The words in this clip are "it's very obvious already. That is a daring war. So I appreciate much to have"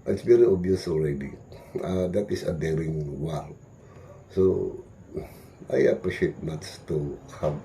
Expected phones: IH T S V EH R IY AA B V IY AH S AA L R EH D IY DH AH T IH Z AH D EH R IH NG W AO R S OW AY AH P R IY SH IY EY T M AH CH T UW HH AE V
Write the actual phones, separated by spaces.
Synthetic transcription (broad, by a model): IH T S V EH R IY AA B IY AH S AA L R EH D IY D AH T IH S AH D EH R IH NG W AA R S OW AY AH P R IY SH IY EY T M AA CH T UW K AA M